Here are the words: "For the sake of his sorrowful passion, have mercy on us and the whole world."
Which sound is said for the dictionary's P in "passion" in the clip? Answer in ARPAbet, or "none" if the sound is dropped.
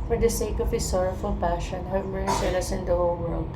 P